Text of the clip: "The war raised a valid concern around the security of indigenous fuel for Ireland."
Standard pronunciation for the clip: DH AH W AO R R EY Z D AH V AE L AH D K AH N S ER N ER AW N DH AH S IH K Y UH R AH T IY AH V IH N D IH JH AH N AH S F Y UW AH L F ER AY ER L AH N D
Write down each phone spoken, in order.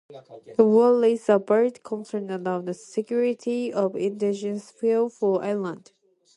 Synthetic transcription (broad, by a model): DH AH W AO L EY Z AH B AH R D K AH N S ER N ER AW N DH AH S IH K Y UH R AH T IY AH V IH N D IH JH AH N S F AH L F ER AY L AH N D